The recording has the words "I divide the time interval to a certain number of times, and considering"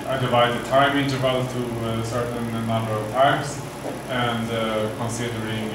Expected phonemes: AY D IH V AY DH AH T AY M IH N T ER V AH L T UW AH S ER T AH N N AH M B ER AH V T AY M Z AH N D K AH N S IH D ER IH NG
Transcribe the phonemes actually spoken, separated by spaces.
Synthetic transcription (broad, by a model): AY D IH V AY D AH T AY M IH N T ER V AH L T UW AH S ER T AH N N AH M B ER AH V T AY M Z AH N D K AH N S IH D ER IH NG